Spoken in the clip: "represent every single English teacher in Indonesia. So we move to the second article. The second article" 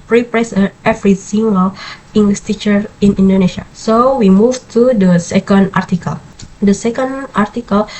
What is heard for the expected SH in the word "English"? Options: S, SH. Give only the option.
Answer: S